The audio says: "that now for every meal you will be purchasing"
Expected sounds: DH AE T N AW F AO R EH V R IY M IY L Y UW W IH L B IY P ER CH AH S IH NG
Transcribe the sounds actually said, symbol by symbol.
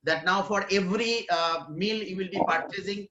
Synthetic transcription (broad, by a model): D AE T N AW F AO R EH V R IY M IY L Y UW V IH L B IY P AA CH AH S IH NG